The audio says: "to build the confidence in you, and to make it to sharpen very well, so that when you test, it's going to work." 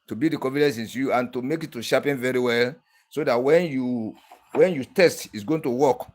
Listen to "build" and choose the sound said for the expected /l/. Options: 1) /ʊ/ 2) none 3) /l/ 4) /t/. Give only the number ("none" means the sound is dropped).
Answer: 2